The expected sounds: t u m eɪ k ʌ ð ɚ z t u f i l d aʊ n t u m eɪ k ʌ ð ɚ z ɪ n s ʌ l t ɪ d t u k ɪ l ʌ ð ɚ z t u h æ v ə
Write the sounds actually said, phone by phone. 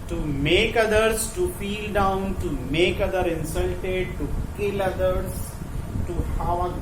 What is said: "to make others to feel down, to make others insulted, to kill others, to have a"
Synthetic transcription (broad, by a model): t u m eɪ k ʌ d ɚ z t u p i l d aʊ n t u m eɪ k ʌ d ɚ ɪ n s ʌ l t ɪ d t u k ɪ l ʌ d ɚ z t u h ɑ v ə